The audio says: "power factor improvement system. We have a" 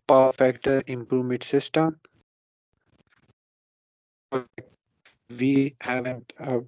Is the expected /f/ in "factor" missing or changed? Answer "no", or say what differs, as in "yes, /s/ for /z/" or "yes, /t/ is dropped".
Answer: no